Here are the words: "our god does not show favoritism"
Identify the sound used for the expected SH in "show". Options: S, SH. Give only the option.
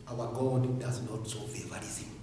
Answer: S